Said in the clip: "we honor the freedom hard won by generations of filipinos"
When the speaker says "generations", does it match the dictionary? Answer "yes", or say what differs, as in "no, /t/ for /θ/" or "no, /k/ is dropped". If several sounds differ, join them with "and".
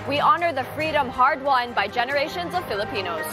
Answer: yes